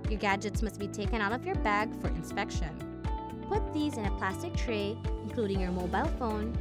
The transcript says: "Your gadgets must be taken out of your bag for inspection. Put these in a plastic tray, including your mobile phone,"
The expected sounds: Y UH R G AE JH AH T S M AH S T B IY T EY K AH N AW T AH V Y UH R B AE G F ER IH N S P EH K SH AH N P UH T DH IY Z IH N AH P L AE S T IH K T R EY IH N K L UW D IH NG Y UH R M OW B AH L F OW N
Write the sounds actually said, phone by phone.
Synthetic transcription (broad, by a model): Y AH R G AE JH AH T S M AH S T B IY T EY K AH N AW T AH V Y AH R B AE G F ER IH N S P EH K SH AH N P UH T DH IY Z IH N AH P L AE S T IH K T R EY IH N K L UW D IH NG Y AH R M OW B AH L F OW N